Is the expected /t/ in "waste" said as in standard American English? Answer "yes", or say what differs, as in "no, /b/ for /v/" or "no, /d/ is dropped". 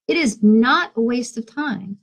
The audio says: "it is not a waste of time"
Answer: yes